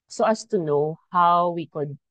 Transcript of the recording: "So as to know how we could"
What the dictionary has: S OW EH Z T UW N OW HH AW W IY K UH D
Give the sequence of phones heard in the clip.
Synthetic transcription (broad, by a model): S OW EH S T UW N OW HH AW W IY K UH D